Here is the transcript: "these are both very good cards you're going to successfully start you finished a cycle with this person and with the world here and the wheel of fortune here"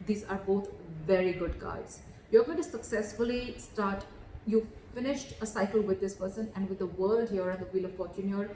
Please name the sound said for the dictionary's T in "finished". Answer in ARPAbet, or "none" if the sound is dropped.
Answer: T